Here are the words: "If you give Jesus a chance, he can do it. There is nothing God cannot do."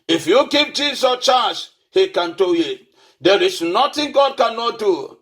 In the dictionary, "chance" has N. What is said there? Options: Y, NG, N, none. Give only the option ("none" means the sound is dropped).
none